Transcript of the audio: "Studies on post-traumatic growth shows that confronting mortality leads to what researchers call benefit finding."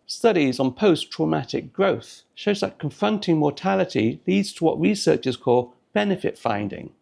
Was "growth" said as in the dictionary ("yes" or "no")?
yes